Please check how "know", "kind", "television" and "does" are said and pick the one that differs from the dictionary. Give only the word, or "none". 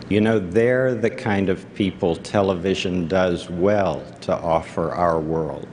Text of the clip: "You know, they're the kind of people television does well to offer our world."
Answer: none